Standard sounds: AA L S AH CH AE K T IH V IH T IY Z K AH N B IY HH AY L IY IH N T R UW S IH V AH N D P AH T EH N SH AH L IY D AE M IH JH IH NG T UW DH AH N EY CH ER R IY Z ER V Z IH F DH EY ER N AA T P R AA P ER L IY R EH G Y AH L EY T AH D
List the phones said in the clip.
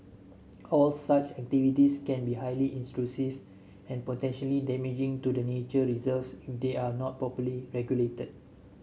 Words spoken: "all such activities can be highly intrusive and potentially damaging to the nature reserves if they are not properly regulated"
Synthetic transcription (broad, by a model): AA L S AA CH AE K T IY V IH T IY S K AH N B IY HH AY L IY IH N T R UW S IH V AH N P AH T EH N SH AH L IY D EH M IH JH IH NG T UW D AH N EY CH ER R IY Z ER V S IH F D EY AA N AA T P AA P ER L IY R EH G Y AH L EY T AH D